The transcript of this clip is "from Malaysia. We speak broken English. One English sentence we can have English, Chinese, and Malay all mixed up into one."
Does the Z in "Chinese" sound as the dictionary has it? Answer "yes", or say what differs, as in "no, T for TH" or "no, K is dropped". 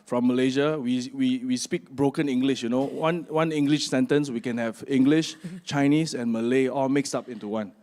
no, S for Z